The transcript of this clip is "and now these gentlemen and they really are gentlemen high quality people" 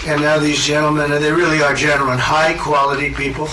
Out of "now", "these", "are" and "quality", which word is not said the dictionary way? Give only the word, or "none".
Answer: none